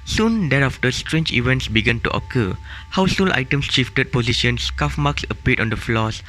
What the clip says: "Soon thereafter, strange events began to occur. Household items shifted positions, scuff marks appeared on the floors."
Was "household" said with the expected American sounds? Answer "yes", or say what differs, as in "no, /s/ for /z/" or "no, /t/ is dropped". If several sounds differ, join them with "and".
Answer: no, /d/ is dropped